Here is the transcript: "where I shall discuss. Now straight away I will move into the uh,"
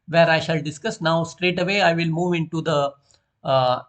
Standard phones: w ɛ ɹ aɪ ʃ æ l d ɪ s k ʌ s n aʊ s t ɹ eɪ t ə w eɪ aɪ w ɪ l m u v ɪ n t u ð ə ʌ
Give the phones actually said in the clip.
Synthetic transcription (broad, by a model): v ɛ ɹ aɪ ʃ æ l d ɪ s k ʌ s n aʊ s t ɹ eɪ t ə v eɪ aɪ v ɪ l m u v ɪ n t u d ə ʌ